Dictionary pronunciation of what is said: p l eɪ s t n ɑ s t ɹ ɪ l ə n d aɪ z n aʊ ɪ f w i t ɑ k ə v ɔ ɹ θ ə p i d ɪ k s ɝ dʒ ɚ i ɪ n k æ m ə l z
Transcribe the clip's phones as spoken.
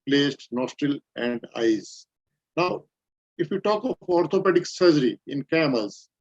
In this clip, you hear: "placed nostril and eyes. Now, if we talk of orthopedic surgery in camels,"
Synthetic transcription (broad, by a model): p l eɪ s t n ɑ s t ɹ ɪ l ə n d aɪ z n aʊ ɪ f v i t ɑ k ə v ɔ ɹ t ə p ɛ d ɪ k s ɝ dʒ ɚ i ɪ n k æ m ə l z